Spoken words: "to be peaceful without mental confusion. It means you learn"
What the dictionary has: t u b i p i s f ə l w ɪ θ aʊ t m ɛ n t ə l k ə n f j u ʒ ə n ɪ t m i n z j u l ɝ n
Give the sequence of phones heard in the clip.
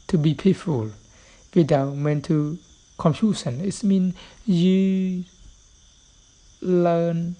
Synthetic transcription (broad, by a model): t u b i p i f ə l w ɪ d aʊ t m ɛ n t ə l k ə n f j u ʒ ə n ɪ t m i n j u l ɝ n